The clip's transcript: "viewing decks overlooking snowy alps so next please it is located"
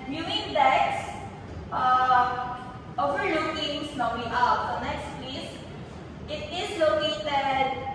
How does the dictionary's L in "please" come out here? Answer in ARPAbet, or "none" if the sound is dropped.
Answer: none